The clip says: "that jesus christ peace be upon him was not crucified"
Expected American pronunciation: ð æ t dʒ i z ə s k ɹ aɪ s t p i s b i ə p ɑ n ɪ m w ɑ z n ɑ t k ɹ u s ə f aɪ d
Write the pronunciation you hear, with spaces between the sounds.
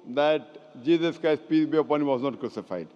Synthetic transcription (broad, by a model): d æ t dʒ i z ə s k aɪ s p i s b i ə p ɑ n ɪ m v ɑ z n ɑ t k ɹ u s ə f aɪ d